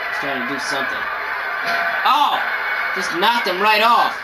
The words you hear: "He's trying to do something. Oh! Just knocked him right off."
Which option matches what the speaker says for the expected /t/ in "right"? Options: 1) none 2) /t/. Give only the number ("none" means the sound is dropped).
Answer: 2